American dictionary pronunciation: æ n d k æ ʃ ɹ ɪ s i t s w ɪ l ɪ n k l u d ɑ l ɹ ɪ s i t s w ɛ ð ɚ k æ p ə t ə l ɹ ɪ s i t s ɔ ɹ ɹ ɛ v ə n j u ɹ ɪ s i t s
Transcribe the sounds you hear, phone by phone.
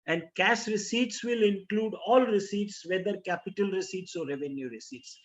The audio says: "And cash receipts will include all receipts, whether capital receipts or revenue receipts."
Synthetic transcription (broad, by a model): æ n d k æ s ɹ ɪ s i t s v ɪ l ɪ n k l u d ɑ l ɹ ɪ s i t s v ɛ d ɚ k æ p ə t ə l ɹ ɪ s i t s ɔ ɹ ɹ ɛ v ə n j u ɹ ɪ s i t s